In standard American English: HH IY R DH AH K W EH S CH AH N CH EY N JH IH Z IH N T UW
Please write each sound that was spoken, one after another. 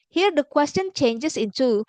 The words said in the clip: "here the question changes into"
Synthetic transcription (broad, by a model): HH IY R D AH K W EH S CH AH N CH EY N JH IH S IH N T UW